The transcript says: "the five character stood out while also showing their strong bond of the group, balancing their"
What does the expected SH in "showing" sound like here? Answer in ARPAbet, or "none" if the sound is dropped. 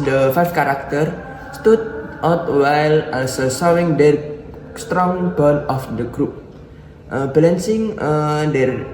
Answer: S